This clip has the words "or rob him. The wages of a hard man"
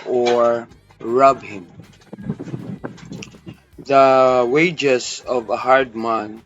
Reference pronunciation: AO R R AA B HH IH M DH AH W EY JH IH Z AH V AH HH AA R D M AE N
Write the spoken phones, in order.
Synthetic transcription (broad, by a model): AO R R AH B HH IH M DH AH W EY JH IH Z AH V AH HH AA R D M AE N